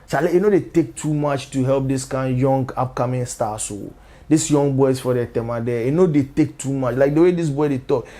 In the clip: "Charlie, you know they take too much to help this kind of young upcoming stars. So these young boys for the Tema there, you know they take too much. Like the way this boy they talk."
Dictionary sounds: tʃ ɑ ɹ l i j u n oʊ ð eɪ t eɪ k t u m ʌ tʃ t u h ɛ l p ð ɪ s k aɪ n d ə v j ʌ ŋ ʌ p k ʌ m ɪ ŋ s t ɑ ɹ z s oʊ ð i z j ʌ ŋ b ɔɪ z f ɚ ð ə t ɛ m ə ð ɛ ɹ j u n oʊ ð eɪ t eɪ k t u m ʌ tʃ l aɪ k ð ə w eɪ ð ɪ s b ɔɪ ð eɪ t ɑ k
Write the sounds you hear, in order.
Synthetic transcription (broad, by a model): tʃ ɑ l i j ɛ n oʊ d eɪ t eɪ k t u m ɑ tʃ t u h ɛ l p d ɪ s k aɪ n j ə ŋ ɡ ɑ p k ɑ m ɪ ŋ s t ɑ s oʊ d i s j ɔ ŋ b ɔɪ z f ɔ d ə t ɛ m ə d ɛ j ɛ n oʊ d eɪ t eɪ k t u m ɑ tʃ l aɪ k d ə w eɪ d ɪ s b ɔɪ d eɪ t ɑ k